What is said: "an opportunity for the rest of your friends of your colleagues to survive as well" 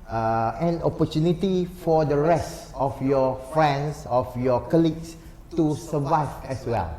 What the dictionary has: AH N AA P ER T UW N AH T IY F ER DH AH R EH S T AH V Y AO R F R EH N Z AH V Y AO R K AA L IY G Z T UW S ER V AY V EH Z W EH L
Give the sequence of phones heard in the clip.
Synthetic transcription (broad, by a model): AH N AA P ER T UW N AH T IY F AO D AH R EH S T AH F Y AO F R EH N S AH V Y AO K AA L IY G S T UW S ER V AY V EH S W EH L